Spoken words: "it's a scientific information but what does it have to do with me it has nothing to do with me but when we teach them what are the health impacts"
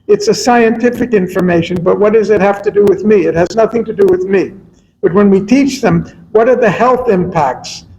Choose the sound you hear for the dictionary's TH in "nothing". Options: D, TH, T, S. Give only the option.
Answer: TH